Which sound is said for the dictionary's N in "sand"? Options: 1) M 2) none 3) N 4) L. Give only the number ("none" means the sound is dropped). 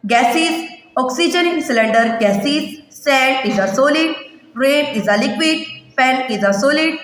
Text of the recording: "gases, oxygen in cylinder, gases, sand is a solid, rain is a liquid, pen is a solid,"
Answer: 2